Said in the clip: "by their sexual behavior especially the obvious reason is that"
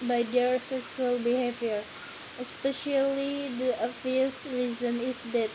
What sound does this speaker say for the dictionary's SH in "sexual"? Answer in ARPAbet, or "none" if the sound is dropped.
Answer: S